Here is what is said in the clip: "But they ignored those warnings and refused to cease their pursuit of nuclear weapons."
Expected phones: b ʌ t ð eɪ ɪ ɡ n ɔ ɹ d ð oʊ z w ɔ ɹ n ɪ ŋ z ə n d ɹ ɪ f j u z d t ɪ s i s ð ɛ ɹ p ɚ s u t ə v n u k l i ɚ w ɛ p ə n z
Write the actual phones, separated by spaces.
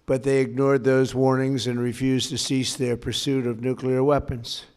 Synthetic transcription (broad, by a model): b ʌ t ð eɪ ɪ ɡ n ɔ ɹ d ð oʊ z w ɔ ɹ n ɪ ŋ z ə n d ɹ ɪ f j u z t ɪ s i s ð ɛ ɹ p ɚ s u t ə v n u k l i ɚ w ɛ p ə n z